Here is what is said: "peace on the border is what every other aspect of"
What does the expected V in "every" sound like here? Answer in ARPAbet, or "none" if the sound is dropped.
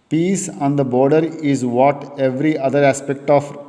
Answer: V